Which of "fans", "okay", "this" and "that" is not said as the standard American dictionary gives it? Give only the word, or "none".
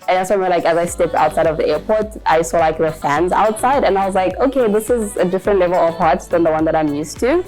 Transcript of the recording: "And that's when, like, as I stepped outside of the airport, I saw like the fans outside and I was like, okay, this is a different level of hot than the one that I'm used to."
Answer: none